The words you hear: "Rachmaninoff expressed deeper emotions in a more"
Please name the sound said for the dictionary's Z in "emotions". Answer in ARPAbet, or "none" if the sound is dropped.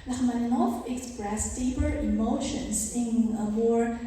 S